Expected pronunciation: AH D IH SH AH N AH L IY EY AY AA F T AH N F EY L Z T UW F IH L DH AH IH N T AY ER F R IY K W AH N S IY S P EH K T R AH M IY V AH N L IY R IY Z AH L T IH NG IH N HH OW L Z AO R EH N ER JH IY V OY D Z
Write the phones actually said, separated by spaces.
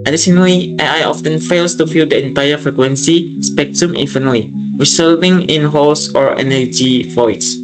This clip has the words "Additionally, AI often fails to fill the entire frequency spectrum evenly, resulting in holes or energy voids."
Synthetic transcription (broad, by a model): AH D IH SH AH N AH L IY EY AY AA F T AH N F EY L S T UW F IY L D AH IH N T AY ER F R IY K W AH N S IY S P EH K T R AH M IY F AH N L IY R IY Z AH L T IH NG IH N HH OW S AO R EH N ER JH IY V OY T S